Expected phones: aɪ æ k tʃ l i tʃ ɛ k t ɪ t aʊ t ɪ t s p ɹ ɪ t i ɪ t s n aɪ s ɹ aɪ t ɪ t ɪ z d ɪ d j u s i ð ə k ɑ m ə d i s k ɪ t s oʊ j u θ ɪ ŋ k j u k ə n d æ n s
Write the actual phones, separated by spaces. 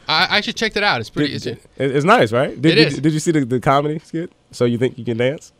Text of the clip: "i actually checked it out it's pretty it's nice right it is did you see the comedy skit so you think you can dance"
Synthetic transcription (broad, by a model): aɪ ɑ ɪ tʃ i tʃ ɛ k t ɪ t aʊ t ɪ t s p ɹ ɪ s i ɪ t s n aɪ s ɹ aɪ t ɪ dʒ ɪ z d ɪ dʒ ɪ s i ð ə k ɑ m ə d i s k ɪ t s oʊ j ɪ θ ɪ ŋ k j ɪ k ə n d æ n s